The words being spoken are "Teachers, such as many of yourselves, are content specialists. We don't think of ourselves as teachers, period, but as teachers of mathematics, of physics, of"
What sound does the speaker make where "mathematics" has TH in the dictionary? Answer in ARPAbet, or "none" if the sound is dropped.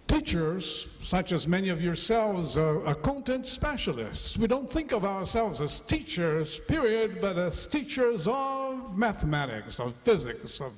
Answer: TH